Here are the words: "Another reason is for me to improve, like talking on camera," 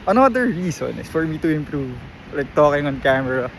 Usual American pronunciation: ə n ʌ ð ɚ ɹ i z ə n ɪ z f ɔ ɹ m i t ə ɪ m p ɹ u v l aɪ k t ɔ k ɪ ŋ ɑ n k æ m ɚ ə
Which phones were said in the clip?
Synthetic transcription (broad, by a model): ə n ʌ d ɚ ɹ i s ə n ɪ s f ɔ ɹ m i t ə ɪ m p ɹ u v l aɪ k t ɔ k ɪ ŋ ɑ n k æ m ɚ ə